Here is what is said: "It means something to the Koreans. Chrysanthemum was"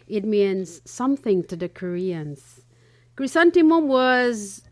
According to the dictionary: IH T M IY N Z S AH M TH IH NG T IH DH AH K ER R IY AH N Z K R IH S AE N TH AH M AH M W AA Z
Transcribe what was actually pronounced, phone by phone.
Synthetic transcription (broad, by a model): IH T M IY N Z S AH M TH IH NG T IH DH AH K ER R IY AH N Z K R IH S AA N T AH M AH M W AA Z